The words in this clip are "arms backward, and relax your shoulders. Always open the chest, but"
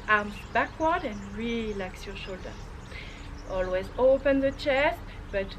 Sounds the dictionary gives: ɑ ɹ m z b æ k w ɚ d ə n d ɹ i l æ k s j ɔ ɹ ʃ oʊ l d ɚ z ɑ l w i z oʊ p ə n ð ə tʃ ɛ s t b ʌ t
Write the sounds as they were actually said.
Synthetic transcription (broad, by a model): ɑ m b æ k w ɚ d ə n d ɹ i l æ k s j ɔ ʃ oʊ l d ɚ ɑ l w i z oʊ p ə n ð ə tʃ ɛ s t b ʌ t